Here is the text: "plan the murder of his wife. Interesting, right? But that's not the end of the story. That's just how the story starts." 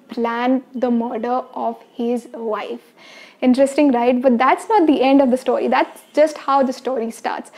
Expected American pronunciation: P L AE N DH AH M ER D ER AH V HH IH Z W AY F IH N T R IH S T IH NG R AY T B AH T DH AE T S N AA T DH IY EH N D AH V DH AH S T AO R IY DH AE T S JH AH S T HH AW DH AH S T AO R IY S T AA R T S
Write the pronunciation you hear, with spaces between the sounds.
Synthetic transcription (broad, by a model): P L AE N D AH M ER D ER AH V HH IH Z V AY F IH N T R IH S T IH NG R AY T B AH T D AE T S N AA T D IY EH N D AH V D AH S T AO R IY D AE T S JH AH S T HH AW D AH S T AO R IY S T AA R T S